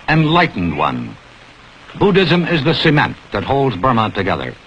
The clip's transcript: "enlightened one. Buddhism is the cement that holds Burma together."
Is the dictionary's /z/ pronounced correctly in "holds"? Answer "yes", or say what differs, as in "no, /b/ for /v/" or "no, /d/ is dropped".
yes